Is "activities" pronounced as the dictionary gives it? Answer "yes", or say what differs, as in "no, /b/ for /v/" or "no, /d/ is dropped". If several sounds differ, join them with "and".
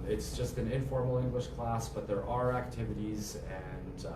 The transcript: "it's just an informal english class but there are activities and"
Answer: yes